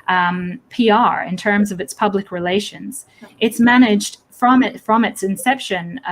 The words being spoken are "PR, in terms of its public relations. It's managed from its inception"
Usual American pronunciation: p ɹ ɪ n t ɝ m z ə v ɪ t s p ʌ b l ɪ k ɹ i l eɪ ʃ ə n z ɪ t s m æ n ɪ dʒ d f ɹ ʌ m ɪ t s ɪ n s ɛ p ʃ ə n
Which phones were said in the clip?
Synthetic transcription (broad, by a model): p ɹ ɪ n t ɝ m z ə v ɪ t s p ʌ b l ɪ k ɹ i l eɪ ʃ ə n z ɪ t s m æ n ɪ dʒ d f ɹ ʌ m ɪ t s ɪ n s ɛ p ʃ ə n